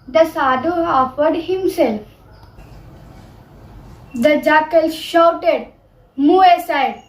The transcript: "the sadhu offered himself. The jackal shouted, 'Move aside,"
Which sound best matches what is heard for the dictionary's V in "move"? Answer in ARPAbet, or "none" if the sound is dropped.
none